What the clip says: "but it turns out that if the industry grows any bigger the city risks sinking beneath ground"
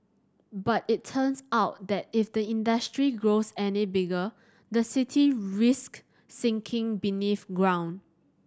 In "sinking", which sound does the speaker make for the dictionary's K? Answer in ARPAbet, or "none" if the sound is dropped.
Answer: K